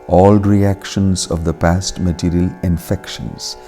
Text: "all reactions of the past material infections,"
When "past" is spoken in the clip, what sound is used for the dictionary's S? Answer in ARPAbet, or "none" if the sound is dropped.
S